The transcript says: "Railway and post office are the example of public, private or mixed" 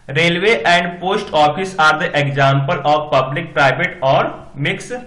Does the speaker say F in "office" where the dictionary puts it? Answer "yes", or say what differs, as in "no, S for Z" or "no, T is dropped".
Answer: no, P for F